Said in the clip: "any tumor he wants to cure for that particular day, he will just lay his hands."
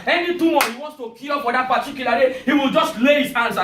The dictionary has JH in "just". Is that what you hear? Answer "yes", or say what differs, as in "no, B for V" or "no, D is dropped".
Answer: yes